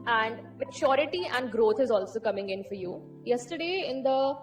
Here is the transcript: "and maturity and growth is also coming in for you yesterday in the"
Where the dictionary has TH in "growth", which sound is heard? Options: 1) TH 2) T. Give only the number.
2